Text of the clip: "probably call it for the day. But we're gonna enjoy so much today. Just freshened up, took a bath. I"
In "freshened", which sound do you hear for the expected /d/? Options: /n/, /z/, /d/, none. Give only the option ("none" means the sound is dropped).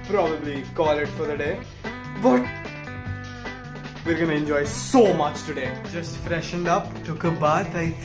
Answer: /d/